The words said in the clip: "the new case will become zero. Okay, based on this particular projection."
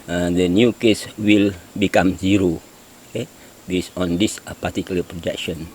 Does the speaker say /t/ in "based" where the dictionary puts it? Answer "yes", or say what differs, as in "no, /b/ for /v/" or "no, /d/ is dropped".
no, /t/ is dropped